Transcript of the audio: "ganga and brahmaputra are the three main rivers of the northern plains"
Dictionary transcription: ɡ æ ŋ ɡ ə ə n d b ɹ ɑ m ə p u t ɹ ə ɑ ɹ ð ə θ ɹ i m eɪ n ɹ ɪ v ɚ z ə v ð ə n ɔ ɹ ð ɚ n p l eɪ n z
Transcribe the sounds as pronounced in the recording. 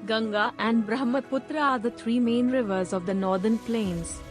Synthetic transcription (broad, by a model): ɡ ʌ ŋ ɡ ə ə n d b ɹ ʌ m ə p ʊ t ɹ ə ɑ ɹ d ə t ɹ i m eɪ n ɹ ɪ v ɚ z ə v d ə n ɔ ɹ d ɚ n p l eɪ n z